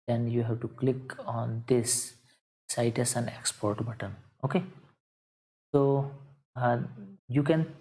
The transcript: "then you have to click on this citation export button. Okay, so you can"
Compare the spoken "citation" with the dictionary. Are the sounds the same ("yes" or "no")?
no